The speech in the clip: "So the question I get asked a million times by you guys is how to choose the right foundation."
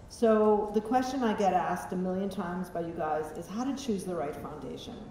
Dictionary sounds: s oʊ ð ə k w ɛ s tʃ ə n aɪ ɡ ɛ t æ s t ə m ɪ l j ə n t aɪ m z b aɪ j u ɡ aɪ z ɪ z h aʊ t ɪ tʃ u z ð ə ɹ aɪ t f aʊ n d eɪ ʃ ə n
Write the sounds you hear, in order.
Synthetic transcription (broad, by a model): s oʊ ð ə k w ɛ s tʃ ə n aɪ ɡ ɛ t æ s t ə m ɪ l j ə n t aɪ m z b aɪ j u ɡ aɪ z ɪ z h aʊ t ɪ tʃ u z ð ə ɹ aɪ t f aʊ n d eɪ ʃ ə n